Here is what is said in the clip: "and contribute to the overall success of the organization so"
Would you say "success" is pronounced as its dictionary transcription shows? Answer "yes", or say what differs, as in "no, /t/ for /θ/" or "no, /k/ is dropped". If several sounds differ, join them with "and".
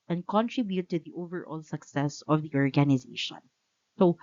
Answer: yes